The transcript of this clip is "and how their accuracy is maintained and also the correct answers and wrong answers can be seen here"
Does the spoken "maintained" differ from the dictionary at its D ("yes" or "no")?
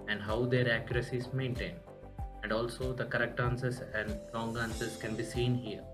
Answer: yes